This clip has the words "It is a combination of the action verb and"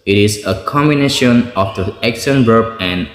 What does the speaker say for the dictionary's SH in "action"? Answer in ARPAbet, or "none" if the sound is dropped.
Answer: S